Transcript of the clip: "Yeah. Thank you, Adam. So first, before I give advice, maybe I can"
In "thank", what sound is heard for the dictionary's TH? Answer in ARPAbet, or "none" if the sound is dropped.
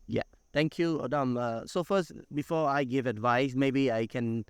T